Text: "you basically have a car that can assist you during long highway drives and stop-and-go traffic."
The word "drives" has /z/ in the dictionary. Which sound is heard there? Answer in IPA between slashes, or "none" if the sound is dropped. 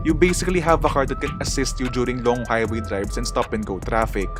/s/